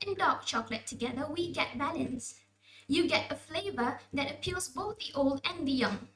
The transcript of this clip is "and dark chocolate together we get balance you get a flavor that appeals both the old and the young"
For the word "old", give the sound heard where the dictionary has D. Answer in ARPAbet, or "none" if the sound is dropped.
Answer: D